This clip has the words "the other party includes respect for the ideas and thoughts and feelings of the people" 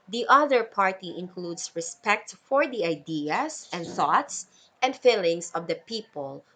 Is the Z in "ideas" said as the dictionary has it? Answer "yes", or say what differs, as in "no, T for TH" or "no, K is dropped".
no, S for Z